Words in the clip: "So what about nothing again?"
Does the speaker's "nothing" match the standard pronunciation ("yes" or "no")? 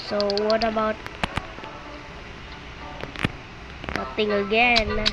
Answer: no